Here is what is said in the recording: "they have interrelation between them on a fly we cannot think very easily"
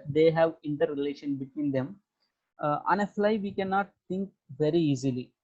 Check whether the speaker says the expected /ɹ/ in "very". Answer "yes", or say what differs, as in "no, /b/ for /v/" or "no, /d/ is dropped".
yes